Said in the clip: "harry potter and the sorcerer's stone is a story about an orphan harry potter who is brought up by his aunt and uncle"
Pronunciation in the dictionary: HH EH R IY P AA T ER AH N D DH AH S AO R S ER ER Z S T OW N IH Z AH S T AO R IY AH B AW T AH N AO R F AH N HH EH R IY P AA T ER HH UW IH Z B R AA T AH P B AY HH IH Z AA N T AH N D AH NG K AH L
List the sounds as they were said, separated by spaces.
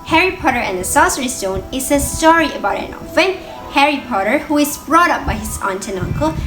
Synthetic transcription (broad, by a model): HH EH R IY P AA T ER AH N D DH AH S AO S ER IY S T OW N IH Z AH S T AO R IY AH B AW T AH N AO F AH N HH EH R IY P AA T ER HH UW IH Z B R AA T AH P B AY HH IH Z AA N T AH N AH NG K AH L